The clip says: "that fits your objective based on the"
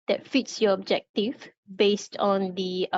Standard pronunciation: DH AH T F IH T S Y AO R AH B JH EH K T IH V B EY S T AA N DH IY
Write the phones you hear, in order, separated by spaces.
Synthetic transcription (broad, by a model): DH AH T F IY T S Y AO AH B JH EH K T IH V B EY S T AA N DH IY